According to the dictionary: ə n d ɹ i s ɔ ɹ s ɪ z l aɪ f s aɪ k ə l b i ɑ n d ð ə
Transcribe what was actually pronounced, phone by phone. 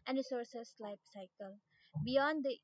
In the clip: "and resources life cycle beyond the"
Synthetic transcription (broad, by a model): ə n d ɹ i s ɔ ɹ s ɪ s l aɪ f s aɪ k ə l b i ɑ n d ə